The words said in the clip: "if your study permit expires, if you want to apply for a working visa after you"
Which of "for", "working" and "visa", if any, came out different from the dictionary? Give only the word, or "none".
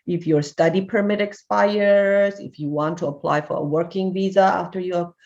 none